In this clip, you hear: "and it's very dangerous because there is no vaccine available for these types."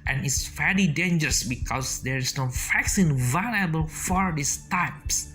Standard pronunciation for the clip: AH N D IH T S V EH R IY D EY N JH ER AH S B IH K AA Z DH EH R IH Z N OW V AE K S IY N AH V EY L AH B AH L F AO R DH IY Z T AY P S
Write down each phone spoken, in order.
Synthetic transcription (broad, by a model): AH N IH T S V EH L IY D EY N JH ER AH S B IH K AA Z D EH R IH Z N OW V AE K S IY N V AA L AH B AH L F AO R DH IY S T AY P S